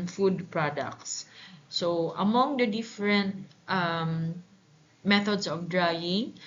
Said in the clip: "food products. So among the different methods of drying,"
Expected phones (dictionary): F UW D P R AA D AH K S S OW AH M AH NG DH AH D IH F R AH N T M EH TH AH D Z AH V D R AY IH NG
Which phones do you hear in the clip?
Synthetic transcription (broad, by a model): F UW D P R AA D AH K S S OW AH M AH NG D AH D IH F R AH N T M EH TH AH D S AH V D R AY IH NG